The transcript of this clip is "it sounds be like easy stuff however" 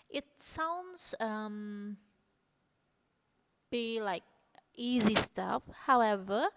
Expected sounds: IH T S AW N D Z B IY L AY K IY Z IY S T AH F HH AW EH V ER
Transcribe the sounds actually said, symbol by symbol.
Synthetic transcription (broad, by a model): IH T S AW N D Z B IY L AY K IY Z IY S T AH F HH AW EH V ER